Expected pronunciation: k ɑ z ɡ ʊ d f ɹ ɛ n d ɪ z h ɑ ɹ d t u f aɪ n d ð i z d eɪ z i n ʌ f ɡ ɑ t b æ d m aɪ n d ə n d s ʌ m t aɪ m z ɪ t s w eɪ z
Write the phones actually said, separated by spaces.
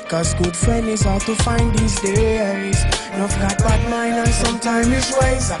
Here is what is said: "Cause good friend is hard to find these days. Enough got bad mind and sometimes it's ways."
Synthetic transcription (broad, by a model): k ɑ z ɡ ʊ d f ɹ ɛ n ɪ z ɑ t u f aɪ n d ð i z d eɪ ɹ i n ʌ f ɡ ɑ t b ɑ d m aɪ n ə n s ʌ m t aɪ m ɪ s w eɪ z